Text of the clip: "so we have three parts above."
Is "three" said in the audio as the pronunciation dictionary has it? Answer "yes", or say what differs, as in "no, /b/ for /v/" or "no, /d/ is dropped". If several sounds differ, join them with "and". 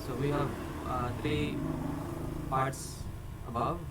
no, /t/ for /θ/